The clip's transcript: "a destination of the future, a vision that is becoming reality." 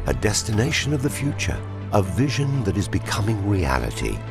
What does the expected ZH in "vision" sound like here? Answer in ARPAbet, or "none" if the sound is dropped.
ZH